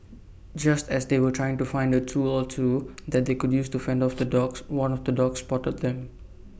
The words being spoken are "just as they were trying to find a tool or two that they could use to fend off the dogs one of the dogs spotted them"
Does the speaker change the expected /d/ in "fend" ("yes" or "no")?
no